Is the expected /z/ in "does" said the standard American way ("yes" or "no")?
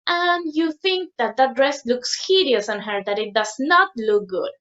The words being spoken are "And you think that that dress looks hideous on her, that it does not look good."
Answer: no